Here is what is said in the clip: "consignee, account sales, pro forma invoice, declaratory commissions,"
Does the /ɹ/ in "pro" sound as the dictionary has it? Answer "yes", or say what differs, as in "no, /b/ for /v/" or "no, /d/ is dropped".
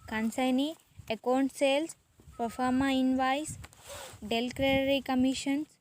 no, /ɹ/ is dropped